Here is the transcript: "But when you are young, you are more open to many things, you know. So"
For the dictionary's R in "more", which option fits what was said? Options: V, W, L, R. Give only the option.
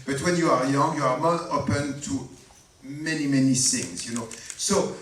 L